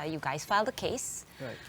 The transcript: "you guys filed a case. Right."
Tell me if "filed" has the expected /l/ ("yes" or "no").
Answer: yes